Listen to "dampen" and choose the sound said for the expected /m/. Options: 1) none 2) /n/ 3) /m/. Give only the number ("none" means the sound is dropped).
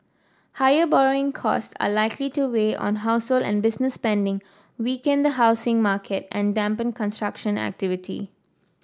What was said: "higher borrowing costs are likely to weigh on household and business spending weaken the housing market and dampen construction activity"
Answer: 3